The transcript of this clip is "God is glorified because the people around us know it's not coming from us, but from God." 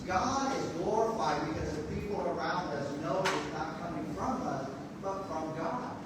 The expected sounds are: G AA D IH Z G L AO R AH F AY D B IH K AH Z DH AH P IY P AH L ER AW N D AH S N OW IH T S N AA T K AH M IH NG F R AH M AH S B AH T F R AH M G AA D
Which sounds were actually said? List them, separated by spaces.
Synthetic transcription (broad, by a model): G AA D IH Z G L AO R AH F AY D B IH K AH Z DH AH P IY P L ER AW N D AH S N OW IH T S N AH T K AH M IH NG F R AH M AH S B AH T F R AH M G AA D